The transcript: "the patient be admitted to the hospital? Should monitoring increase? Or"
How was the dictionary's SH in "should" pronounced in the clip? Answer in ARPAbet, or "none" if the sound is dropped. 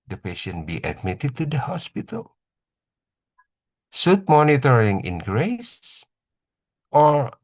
S